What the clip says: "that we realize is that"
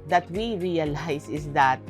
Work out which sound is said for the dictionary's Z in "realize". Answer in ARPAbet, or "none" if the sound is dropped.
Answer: S